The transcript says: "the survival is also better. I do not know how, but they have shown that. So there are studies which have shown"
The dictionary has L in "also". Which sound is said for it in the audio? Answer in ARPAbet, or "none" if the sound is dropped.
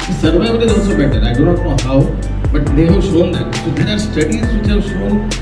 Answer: none